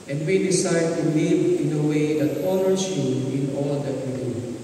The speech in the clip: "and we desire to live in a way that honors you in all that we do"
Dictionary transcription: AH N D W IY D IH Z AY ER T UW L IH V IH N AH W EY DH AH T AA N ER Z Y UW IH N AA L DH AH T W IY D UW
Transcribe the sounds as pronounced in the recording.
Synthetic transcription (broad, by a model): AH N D W IY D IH S AY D T UW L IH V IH N AH W EY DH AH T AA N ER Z Y UW IH N AA L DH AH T W IY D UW